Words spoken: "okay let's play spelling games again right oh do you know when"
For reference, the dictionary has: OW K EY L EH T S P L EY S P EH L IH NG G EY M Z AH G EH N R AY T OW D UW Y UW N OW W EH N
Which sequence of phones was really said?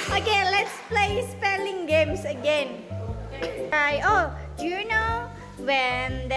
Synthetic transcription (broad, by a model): OW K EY L EH T S P L EY S P EH L IH NG G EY M S AH G EH N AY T OW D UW Y UW N OW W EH N